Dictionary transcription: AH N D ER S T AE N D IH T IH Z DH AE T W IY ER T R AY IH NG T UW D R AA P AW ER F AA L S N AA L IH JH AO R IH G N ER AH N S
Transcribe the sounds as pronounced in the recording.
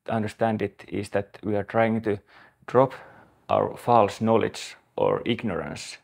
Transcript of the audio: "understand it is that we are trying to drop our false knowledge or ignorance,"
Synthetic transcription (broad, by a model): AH N D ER S T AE N D IH T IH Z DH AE T W IY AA T R AY IH NG T UW D R AA P AW ER F AA L S N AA L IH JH AO R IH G N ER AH N S